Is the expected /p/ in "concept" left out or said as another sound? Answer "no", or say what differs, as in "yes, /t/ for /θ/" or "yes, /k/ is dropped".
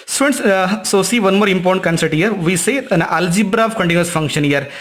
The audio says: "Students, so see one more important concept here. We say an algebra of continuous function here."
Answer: yes, /p/ is dropped